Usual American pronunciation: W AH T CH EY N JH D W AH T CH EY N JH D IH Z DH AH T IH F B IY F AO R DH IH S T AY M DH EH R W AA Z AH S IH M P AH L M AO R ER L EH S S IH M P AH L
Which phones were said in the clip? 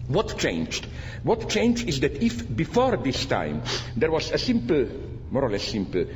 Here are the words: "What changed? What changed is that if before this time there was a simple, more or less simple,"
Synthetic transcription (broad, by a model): W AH T CH EY N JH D W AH T CH EY N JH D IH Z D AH T IH F B IY F AO R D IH S T AY M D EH R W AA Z AH S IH M P L M AO R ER L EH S S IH M P L